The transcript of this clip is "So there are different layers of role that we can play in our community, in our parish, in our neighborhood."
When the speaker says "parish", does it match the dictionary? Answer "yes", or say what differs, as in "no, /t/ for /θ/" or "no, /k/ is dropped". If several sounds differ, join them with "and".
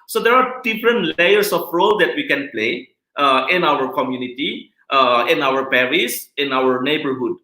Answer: no, /s/ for /ʃ/